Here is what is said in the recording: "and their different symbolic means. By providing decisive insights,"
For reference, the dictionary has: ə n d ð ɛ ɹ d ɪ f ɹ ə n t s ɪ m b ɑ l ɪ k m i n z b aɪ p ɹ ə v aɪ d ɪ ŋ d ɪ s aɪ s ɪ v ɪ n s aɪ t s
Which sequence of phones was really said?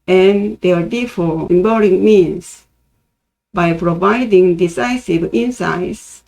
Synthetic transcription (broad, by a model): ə n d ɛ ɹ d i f ə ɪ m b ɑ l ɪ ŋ m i n s b aɪ p ɹ ə v aɪ d ɪ ŋ d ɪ s aɪ s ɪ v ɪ n s aɪ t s